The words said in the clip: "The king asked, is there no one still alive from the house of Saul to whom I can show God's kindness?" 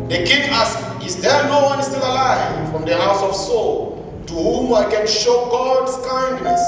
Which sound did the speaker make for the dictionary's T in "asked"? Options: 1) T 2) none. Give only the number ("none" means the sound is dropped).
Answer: 2